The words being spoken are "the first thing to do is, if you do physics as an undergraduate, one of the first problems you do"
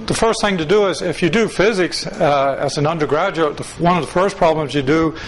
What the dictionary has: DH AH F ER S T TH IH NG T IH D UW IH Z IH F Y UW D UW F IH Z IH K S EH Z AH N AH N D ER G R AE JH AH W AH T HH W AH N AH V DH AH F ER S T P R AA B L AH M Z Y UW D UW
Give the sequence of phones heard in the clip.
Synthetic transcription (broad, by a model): DH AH F ER S T TH IH NG T IH D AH IH Z IH F Y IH D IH F IH Z IH K S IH Z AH N AH N D ER G R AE JH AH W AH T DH W AH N AH V DH AH F ER S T P R AA B L AH M Z Y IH D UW